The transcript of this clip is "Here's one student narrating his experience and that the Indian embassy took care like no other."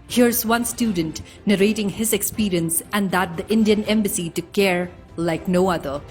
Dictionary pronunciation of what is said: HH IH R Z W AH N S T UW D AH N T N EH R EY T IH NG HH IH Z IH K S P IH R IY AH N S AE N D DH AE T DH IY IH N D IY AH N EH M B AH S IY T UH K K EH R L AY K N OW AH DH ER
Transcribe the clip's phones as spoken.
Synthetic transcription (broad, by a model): HH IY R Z W AH N S T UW D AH N T N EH R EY T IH NG HH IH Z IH K S P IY R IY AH N S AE N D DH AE T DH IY IH N D IY AH N EH M B AH S IY T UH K K EH R L AY K N OW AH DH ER